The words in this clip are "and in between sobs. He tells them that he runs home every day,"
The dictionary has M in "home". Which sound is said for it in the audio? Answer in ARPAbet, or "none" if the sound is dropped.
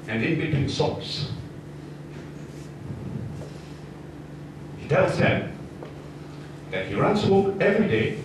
none